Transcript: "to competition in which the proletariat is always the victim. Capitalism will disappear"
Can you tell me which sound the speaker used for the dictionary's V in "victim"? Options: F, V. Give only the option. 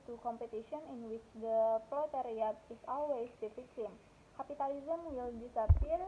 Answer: F